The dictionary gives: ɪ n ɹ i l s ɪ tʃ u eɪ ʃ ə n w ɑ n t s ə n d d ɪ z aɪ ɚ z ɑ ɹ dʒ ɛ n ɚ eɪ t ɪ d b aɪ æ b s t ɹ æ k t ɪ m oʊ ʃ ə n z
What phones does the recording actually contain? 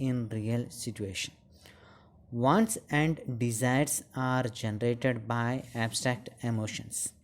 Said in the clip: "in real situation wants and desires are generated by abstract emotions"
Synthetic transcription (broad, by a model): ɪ n ɹ i l s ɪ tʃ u eɪ ʃ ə n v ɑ n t s ə n d d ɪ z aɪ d s ɑ ɹ dʒ ɛ n ɚ eɪ t ɪ d b aɪ æ b s t ɹ æ k t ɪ m oʊ ʃ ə n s